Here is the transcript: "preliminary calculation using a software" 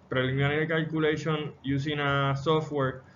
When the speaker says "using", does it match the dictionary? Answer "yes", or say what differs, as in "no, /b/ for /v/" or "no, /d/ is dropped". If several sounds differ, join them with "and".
no, /s/ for /z/